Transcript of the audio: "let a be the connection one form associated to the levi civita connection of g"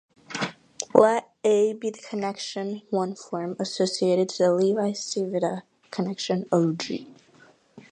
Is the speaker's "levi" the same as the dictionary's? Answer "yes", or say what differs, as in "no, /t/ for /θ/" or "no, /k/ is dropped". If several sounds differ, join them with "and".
yes